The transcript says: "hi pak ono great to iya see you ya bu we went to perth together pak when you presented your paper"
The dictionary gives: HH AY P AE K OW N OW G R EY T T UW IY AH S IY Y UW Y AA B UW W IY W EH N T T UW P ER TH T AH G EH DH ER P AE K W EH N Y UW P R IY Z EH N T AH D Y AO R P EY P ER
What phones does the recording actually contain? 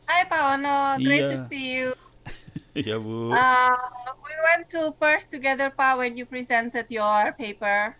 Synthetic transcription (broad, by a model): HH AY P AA OW N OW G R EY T T UW S IY Y UW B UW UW W IY W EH N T T UW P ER S T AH G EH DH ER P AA W EH N Y UW P R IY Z EH N T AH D Y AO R P EY P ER